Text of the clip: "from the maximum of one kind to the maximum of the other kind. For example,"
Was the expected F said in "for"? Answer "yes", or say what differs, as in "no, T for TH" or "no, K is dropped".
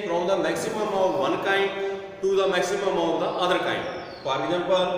no, P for F